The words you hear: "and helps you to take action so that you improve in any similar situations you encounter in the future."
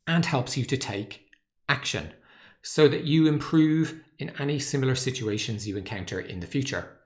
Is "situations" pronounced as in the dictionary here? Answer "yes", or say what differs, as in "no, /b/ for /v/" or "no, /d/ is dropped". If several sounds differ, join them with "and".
yes